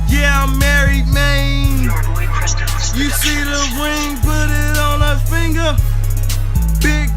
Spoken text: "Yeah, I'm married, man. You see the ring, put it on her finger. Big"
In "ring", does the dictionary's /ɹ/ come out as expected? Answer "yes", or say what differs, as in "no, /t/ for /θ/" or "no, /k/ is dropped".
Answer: no, /w/ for /ɹ/